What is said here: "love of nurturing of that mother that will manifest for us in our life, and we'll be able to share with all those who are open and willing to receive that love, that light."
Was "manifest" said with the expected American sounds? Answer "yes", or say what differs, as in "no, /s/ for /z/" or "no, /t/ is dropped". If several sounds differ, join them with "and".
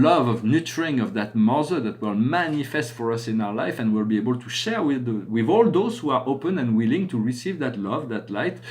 yes